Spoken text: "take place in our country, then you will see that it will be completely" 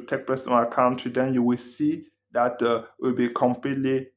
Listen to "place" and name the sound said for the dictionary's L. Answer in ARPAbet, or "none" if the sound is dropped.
none